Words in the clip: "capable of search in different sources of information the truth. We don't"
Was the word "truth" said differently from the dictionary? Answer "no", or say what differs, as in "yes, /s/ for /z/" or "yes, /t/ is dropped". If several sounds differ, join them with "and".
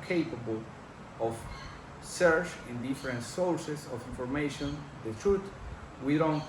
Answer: yes, /t/ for /θ/